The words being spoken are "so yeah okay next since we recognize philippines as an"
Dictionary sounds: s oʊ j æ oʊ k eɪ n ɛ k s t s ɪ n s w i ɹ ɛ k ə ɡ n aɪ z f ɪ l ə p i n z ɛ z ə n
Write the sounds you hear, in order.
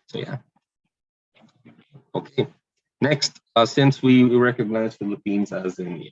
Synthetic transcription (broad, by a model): s oʊ j æ oʊ k eɪ n ɛ k s t s ɪ n s w i ɹ ɛ k ə ɡ n aɪ z f ɪ l ə p i n z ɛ z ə n